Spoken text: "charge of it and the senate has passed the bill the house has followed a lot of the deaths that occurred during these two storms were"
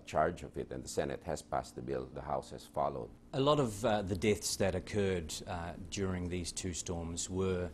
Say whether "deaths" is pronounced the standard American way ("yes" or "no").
yes